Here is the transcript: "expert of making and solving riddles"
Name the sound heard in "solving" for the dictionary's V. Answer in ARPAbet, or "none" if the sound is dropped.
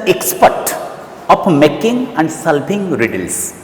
P